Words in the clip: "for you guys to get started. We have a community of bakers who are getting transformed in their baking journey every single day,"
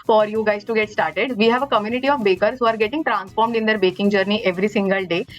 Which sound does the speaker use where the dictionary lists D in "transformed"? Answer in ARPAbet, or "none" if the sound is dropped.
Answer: D